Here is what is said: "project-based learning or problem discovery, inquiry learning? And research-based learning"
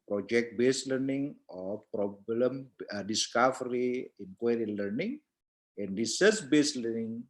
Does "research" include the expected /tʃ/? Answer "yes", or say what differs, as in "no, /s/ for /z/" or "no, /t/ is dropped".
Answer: no, /s/ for /tʃ/